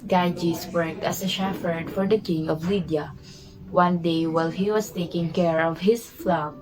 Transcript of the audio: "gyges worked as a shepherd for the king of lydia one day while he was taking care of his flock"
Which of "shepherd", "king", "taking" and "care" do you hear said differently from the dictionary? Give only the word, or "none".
shepherd